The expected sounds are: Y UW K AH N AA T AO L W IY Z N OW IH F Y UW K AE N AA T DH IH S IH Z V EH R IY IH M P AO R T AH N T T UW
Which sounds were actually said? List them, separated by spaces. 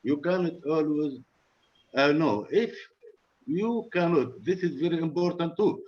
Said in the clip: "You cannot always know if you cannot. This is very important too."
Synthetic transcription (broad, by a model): Y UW K AH N AA T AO L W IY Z N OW IH F Y UW K AE N AA T DH IH S IH Z V EH R IY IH M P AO R T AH N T T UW